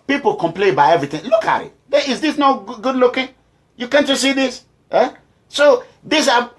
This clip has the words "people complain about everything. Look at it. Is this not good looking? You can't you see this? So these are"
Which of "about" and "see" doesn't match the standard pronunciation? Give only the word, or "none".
about